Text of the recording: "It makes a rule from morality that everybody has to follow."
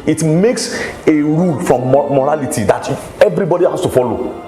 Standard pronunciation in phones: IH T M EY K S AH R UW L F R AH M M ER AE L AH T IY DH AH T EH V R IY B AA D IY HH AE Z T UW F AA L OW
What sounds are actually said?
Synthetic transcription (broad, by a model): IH T M EY K S AH R UW L F R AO M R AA L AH T IY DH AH T EH V R IY B AA D IY HH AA S T UW F AA L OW